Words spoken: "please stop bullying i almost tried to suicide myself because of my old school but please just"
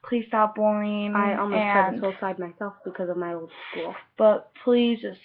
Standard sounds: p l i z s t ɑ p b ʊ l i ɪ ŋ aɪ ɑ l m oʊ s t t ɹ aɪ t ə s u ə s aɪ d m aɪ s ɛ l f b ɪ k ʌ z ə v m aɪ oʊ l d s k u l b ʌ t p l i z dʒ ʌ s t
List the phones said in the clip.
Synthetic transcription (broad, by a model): p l i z s t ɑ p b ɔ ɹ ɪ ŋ aɪ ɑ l m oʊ t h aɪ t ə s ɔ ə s aɪ d m aɪ s ɛ l f b ɪ k ʌ z ə v m aɪ oʊ l d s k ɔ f b ʌ t p l i z dʒ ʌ s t